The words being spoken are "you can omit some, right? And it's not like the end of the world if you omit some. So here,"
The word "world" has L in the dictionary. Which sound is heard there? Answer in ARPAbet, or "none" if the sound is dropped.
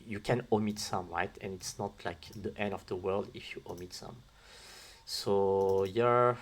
L